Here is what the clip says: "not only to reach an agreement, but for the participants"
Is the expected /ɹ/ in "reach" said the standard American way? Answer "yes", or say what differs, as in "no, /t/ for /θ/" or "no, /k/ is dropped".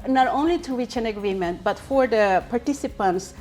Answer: no, /w/ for /ɹ/